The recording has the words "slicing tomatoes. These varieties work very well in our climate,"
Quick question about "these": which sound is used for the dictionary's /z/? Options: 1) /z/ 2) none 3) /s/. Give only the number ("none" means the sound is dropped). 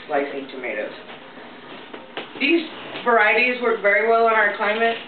1